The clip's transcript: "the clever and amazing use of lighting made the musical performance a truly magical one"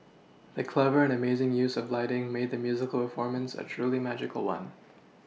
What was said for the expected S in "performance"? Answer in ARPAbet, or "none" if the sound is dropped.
S